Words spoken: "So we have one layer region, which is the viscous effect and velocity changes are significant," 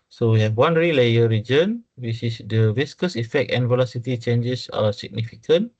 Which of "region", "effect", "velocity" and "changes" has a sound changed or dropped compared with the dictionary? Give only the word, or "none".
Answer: changes